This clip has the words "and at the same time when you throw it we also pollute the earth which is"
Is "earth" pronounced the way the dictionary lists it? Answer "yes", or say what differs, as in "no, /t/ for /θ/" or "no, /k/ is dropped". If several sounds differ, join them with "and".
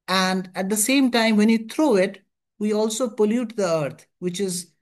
no, /t/ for /θ/